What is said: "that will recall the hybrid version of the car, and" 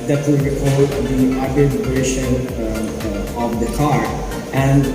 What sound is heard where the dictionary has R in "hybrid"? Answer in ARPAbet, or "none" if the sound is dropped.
none